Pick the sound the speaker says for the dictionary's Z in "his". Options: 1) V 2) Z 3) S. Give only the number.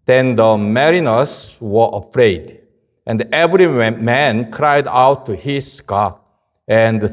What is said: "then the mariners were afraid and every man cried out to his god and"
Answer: 3